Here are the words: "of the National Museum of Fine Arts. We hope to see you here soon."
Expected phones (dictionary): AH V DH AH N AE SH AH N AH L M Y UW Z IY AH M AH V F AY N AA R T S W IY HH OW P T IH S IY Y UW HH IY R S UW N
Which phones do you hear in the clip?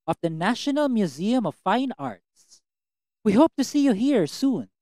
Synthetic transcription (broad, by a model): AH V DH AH N AE SH AH N AH L M Y UW Z IY AH M AH V F AY N AA R T S W IY HH OW P T IH S IY Y UW HH IY R S UW N